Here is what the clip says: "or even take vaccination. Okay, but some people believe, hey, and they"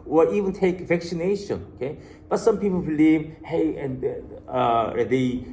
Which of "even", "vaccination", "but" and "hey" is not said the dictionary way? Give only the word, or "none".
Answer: vaccination